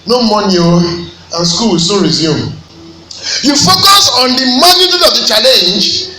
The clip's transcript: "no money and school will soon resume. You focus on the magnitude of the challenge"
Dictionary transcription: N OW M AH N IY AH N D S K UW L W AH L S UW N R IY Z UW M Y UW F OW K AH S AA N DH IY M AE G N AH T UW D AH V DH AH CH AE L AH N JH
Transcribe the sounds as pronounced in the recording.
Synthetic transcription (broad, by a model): N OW M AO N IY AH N S K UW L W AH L S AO R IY Z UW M Y UW F OW K AH S AA N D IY M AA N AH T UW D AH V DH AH CH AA L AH N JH